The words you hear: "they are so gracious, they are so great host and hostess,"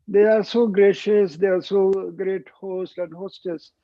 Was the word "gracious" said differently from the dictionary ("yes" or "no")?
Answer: no